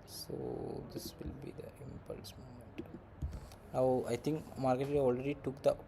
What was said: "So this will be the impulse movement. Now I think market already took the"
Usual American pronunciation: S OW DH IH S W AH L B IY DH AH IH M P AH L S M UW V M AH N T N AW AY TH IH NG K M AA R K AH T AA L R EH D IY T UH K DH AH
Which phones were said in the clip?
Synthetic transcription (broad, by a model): S OW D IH S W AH L B IY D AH IH M P AH L S M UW M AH N T N AW AY T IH NG K M AA R K AH T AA L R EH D IY T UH K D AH